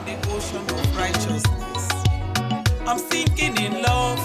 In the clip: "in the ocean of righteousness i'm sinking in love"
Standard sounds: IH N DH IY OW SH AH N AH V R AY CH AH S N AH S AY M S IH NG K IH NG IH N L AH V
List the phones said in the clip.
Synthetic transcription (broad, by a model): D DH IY OW SH AH N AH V R AY CH AH S N AH S AY M TH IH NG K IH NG IH N L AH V